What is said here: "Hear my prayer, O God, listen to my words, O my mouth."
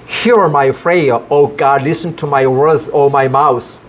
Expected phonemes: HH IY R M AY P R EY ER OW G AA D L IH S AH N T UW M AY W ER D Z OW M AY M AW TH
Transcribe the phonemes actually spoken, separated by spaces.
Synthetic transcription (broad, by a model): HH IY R M AY F R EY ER OW G AA D L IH S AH N T UW M AY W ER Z OW M AY M AW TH